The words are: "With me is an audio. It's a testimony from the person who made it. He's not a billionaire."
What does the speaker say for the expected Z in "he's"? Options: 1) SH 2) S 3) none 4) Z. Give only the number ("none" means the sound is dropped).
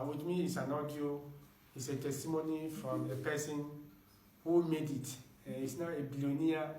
2